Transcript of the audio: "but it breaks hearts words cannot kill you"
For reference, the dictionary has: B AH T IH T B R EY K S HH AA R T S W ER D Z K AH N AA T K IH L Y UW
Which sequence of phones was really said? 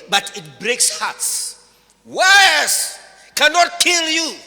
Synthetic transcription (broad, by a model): B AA T IH T B R EY K S HH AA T S W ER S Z K AH N AA T K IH L Y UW